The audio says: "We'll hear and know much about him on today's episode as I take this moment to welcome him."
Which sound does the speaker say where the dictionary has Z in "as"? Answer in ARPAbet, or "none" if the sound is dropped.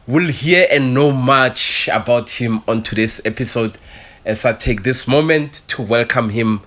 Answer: S